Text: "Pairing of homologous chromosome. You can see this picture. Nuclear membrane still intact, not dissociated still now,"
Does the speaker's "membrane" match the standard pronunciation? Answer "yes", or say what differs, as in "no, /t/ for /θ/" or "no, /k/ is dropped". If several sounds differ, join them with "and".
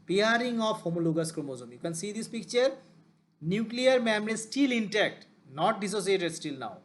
no, /b/ is dropped